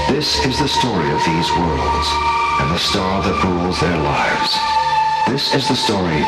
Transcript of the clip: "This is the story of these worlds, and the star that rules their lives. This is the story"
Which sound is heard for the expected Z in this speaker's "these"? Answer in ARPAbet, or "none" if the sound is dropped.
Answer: Z